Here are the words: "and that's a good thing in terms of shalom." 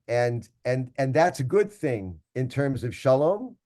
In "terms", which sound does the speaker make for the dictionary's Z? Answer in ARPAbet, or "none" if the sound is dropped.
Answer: Z